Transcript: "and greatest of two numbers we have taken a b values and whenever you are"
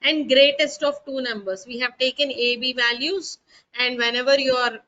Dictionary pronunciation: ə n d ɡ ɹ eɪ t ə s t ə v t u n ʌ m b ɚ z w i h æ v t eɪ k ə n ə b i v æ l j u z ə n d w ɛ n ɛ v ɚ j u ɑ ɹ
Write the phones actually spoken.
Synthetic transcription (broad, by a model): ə n d ɡ ɹ eɪ t ə s t ə v t u n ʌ m b ɚ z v i h æ v t eɪ k ə n ə b i v æ l j u z ə n d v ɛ n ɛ v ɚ j u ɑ ɹ